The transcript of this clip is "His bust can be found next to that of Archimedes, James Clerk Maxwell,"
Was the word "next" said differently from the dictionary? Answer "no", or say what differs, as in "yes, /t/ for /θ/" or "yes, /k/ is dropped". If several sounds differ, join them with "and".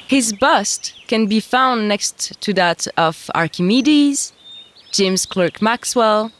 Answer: no